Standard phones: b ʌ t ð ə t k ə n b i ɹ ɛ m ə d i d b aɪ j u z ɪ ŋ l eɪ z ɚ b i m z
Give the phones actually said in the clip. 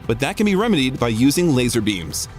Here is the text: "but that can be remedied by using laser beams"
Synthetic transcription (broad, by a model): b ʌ t ð ə t k ə n b i ɹ ɛ m ə d i d b aɪ j u z ɪ ŋ l eɪ z ɚ b i m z